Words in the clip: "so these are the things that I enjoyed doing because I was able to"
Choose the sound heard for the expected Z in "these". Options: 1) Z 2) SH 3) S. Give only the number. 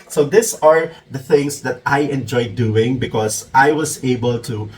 3